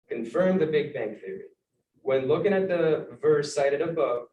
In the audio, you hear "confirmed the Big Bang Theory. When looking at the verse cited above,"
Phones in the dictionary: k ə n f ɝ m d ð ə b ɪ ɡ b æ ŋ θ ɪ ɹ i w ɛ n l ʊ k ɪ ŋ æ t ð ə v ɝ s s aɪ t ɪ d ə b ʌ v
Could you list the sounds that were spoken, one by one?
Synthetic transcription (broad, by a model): k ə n f ɝ m ð ə b ɪ ɡ b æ ŋ θ ɪ ɹ i w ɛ n l ʊ k ɪ ŋ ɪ t ð ə v ɝ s s aɪ t ɪ d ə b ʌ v